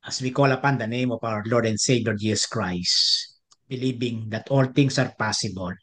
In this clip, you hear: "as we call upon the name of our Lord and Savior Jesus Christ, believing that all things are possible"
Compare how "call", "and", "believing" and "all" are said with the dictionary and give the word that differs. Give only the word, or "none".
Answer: believing